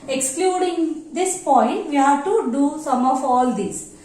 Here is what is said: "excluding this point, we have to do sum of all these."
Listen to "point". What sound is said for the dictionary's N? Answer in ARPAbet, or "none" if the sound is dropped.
N